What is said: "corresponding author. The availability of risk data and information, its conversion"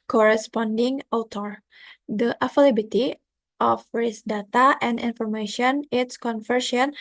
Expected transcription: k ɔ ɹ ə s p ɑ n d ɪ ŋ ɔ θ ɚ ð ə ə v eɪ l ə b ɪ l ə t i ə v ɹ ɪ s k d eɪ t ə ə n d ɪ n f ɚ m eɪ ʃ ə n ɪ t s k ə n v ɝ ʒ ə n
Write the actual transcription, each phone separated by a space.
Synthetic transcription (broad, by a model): k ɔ ɹ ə s p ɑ n d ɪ ŋ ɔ t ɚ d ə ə f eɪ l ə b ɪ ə t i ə f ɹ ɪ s d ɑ t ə ə n d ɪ n f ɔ m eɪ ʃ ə n ɪ t s k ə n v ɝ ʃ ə n